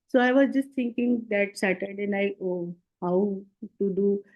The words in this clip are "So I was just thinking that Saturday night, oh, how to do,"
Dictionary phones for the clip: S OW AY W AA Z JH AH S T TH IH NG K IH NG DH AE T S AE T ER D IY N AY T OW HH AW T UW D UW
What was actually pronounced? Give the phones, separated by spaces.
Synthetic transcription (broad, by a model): S OW AY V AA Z JH AH S T T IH NG K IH NG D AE T S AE T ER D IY N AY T OW HH AW T UW D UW